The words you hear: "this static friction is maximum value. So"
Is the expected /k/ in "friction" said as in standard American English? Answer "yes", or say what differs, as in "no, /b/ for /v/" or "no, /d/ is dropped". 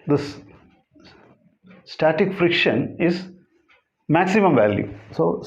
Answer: yes